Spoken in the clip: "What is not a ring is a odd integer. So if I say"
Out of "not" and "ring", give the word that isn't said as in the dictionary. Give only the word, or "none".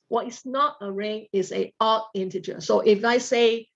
none